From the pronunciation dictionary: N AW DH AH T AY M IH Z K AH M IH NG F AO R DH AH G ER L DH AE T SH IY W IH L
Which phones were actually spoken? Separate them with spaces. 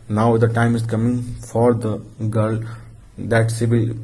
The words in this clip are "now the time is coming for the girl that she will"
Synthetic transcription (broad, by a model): N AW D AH T AY M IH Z K AH M IH NG F AO R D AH G ER L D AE T S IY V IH L